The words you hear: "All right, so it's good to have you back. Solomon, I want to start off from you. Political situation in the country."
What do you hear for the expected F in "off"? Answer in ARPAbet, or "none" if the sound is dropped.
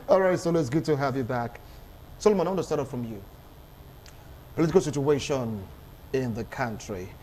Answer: P